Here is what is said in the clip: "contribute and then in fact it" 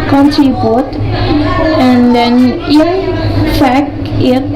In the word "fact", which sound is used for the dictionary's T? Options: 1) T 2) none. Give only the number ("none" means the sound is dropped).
2